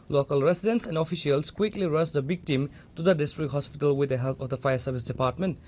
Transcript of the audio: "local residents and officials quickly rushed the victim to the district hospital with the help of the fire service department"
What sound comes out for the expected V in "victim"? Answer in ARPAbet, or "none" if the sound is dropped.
B